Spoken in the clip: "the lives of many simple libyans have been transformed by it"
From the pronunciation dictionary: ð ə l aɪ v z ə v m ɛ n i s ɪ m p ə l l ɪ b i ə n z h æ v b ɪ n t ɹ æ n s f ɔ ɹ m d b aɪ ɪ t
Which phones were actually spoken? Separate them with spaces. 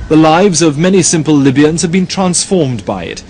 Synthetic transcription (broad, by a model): ð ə l aɪ v z ə v m ɛ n i s ɪ m p ə l l ɪ b i ə n z h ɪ v b ɪ n t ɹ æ n s f ɔ ɹ m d b aɪ ɪ t